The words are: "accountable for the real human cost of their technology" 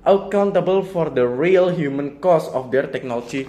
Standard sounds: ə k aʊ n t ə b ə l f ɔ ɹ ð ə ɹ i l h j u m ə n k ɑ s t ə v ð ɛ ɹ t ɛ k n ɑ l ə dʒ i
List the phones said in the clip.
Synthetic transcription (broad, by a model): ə k aʊ n t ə b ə l f ɔ ɹ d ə ɹ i l h j u m ə n k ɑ s ə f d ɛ ɹ t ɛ k n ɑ l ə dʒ i